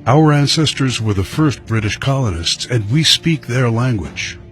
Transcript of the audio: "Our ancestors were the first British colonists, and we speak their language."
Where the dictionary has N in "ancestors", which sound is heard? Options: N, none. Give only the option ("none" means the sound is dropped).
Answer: N